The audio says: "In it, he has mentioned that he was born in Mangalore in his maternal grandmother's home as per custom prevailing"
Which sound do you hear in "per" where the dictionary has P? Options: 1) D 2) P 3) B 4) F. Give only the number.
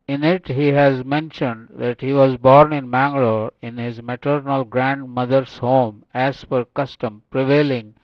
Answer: 4